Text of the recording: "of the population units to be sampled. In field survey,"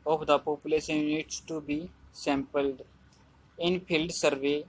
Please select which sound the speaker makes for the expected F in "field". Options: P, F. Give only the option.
P